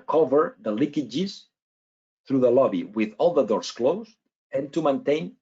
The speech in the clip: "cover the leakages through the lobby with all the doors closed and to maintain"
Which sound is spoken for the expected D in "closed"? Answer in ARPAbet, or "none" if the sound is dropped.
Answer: none